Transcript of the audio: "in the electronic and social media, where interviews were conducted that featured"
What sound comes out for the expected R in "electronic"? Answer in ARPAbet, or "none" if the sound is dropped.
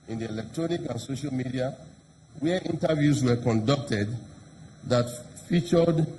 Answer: R